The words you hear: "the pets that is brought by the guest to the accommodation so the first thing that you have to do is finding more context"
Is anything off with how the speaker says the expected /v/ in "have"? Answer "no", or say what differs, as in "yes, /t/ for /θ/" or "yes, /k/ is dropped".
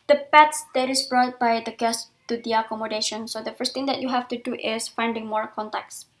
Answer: yes, /f/ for /v/